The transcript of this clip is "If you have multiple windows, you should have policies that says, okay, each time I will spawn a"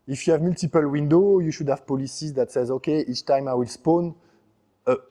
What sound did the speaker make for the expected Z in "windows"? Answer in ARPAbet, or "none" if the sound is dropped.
none